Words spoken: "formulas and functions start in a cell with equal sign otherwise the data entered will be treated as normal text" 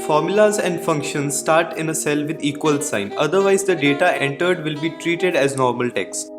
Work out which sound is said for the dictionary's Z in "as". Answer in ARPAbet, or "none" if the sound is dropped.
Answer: Z